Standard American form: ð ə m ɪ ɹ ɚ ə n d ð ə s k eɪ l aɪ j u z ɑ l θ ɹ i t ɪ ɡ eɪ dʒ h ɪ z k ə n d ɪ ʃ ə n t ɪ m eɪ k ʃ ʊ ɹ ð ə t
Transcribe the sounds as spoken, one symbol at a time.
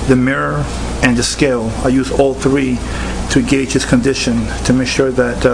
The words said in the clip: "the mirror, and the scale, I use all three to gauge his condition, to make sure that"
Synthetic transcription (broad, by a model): ð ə m ɪ ɹ ɚ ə n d ð ə s k eɪ l aɪ j u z ɑ l θ ɹ i t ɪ ɡ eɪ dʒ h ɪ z k ə n d ɪ ʃ ə n t ɪ m eɪ k ʃ ʊ ɹ ð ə t